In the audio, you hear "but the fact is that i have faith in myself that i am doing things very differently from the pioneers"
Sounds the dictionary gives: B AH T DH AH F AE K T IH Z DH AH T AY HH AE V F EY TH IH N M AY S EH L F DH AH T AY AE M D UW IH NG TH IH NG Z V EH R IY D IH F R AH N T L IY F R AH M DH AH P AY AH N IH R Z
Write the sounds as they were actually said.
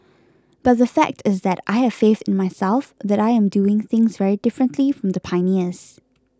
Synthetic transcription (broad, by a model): B AH T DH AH F AE K T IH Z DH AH T AY HH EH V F EY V IH N M AY S EH L F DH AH T AY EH M D UW IH NG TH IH NG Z V EH R IY D IH F R AH N T L IY F R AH M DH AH P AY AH N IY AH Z